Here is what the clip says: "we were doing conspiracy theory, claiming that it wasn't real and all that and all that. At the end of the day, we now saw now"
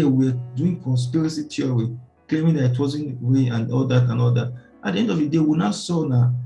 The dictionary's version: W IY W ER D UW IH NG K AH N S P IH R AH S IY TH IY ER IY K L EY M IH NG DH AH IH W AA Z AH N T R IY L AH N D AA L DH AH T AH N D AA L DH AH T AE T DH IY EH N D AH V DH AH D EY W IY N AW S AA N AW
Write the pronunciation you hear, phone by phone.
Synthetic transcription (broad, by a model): W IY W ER D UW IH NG K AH N S P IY R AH S IY T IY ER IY K L EY M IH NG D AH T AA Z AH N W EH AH N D AA L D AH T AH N AA L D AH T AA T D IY EH N D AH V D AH D EY W IY N AW S AA N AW